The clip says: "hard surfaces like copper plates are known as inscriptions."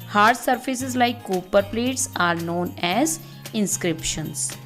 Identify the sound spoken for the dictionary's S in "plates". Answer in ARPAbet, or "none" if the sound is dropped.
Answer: S